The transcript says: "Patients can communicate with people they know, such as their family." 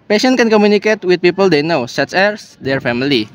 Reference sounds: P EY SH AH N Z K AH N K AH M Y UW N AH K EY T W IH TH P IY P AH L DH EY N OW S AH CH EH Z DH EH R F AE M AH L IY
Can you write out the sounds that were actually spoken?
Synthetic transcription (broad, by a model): P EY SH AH N K AH N K AH M Y UW N AH K EY T W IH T P IY P AH L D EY N OW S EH S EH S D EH R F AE M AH L IY